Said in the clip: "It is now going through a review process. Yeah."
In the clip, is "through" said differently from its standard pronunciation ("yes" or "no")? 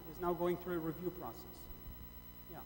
no